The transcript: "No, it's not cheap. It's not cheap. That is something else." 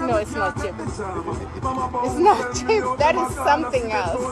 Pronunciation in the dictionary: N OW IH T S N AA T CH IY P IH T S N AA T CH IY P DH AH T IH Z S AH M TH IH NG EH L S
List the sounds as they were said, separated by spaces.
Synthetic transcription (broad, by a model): N OW IH T S N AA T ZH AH IH T S N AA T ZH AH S DH AH T IH Z S AH M TH IH NG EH L S